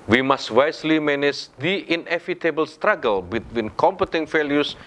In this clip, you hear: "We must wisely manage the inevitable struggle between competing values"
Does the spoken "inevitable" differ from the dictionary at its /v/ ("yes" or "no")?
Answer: yes